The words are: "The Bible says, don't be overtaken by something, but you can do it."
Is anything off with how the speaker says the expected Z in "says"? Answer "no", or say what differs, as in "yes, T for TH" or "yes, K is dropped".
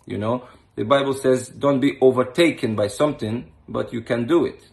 no